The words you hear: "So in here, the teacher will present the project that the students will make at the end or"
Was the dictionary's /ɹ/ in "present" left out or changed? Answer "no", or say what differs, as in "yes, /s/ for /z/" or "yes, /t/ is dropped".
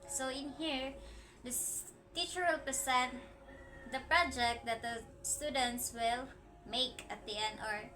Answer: yes, /ɹ/ is dropped